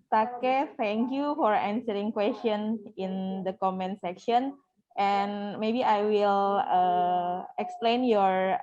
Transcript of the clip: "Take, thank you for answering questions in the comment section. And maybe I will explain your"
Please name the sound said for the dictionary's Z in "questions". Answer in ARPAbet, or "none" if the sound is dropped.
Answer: none